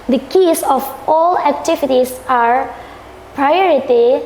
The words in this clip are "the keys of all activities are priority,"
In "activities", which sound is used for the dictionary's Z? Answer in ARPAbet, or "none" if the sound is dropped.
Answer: S